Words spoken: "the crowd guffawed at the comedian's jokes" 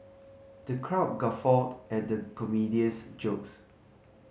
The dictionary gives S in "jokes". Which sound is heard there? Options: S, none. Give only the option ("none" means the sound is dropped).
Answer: S